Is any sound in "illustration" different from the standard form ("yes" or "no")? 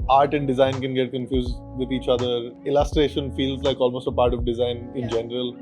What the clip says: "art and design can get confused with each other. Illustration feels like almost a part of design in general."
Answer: no